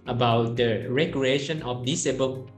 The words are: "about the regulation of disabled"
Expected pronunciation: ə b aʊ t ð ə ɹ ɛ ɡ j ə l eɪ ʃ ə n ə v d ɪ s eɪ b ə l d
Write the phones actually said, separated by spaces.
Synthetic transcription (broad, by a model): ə b aʊ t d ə ɹ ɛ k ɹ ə eɪ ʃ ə n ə f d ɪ s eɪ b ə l